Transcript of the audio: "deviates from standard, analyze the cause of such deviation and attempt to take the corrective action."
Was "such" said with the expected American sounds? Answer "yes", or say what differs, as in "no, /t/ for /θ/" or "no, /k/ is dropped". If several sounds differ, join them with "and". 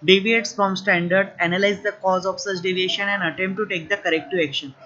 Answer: yes